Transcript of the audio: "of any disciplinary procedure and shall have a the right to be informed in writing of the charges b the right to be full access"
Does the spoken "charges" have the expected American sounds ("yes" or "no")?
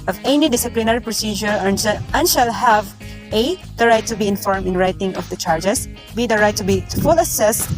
no